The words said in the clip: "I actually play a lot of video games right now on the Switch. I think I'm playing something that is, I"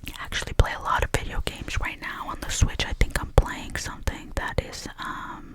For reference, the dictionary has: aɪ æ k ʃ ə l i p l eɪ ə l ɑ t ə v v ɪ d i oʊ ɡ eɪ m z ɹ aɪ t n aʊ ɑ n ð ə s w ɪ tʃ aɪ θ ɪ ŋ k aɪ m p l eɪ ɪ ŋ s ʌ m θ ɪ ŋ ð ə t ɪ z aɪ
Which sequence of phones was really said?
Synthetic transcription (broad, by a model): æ k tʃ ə l i p l eɪ ə l ɑ t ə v v ɪ d i oʊ ɡ eɪ m z ɹ aɪ t n aʊ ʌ n ð ə s w ɪ tʃ aɪ θ ɪ ŋ k aɪ m p l eɪ ɪ ŋ s ʌ m θ ɪ ŋ ð ə t ɪ z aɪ